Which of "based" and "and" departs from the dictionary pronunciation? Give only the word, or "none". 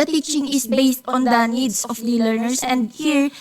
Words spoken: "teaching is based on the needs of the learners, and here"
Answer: none